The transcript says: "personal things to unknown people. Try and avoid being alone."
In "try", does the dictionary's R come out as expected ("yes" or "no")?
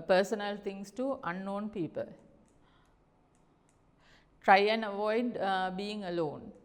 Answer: yes